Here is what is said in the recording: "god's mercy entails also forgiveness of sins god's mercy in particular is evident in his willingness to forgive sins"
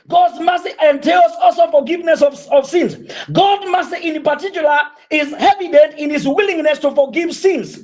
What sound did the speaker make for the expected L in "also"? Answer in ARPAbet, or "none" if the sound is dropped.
L